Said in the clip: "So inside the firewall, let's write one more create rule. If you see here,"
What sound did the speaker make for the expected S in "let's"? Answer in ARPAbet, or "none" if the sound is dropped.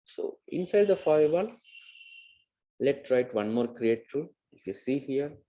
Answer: none